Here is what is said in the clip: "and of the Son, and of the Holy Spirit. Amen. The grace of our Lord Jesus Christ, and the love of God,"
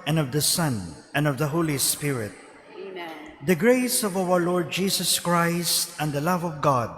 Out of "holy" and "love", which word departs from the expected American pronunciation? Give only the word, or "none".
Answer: none